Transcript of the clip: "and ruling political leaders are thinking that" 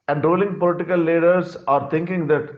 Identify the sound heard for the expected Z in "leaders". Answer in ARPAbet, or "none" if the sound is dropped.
S